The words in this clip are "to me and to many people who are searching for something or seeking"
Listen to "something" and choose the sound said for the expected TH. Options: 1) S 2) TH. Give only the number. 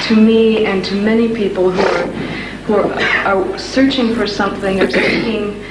2